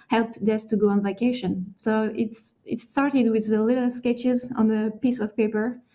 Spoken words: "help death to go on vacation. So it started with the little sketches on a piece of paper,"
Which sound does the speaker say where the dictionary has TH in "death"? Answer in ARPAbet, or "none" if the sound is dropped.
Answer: S